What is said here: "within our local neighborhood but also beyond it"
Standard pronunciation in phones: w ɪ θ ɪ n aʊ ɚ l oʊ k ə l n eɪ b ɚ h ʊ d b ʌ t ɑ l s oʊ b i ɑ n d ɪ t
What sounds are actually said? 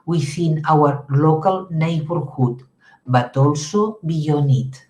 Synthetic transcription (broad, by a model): w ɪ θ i n aʊ ɚ l oʊ k ə l n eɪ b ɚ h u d b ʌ t ɑ l s oʊ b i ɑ n ɪ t